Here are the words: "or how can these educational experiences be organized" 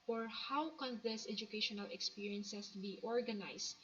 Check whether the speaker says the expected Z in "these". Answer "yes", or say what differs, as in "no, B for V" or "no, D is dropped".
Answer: no, S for Z